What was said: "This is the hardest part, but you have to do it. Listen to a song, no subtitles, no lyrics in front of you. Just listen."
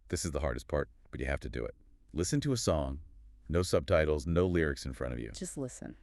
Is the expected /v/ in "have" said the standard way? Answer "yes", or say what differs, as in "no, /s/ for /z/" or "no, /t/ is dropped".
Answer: no, /f/ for /v/